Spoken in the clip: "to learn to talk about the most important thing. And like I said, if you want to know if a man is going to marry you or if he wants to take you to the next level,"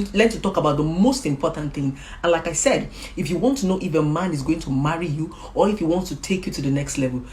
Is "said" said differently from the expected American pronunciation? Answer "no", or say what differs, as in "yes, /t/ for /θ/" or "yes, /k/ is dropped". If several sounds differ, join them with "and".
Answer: no